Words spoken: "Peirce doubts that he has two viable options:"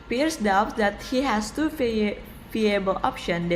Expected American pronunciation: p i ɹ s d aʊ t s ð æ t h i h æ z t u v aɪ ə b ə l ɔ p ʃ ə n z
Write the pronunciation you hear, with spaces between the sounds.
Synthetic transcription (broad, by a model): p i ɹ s d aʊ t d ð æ t h i h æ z t u f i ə b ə l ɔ p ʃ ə n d